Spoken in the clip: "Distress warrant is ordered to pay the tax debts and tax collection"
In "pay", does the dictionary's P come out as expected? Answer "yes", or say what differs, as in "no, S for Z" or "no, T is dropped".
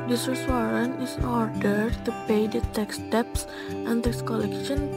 yes